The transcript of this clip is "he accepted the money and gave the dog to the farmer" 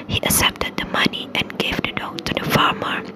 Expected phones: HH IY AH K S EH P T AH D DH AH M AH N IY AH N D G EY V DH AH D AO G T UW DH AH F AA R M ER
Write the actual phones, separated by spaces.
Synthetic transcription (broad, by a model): HH IY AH S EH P T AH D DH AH M AH N IY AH N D G EY V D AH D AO T UW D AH F AA R M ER